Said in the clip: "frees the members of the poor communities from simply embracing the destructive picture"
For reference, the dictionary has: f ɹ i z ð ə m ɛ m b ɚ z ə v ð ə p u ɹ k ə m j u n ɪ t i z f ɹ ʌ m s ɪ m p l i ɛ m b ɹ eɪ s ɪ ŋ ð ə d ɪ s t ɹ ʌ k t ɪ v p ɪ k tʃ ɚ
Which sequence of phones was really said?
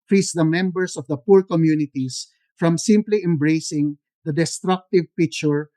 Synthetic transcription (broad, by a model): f ɹ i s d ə m ɛ m b ɚ s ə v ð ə p u ɹ k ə m j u n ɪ t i s f ɹ ʌ m s ɪ m p l i ɛ m b ɹ eɪ s ɪ ŋ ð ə d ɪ s t ɹ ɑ k t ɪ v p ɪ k tʃ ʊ